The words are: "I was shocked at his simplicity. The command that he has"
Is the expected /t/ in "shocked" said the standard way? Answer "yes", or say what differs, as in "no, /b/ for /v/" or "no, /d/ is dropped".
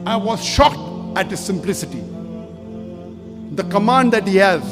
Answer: yes